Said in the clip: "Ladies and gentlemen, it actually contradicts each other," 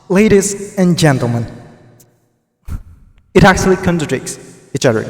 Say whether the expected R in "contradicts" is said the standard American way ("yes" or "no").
no